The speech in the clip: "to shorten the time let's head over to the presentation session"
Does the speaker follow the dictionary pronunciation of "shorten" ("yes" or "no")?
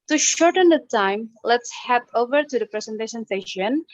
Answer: yes